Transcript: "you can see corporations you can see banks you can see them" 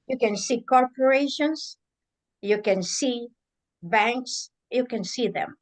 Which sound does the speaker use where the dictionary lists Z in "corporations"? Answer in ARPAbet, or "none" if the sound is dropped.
S